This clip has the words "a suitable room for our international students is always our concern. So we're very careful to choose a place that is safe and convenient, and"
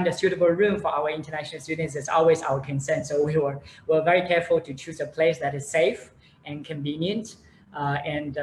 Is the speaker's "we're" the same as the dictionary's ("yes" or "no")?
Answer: no